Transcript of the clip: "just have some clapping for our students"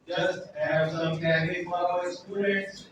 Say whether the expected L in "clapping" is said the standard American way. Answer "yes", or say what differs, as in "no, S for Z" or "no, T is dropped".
no, L is dropped